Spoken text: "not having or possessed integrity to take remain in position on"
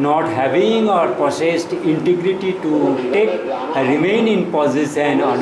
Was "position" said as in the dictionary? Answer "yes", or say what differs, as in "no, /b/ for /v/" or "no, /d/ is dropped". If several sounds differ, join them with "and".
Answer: no, /s/ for /ʃ/